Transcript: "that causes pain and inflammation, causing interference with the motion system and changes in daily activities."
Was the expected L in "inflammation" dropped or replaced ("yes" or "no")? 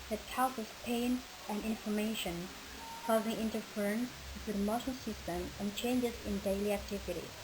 yes